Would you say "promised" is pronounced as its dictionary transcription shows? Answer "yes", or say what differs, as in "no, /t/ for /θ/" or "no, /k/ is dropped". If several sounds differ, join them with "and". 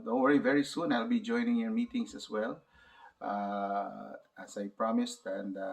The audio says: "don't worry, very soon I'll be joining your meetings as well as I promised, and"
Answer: yes